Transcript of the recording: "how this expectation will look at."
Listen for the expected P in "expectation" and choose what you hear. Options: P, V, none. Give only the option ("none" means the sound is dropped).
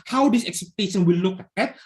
none